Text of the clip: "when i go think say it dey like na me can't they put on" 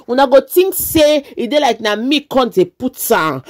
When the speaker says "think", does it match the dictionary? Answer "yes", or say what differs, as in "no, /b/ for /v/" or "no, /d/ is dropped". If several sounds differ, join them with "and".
no, /t/ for /θ/